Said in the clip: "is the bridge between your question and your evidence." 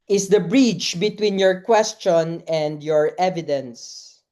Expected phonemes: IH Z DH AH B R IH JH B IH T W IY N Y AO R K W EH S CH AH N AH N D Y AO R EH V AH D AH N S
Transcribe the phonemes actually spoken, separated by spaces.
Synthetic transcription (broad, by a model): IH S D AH B R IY CH B IH T W IY N Y AO R K W EH S CH AH N AH N D Y AO R EH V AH D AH N S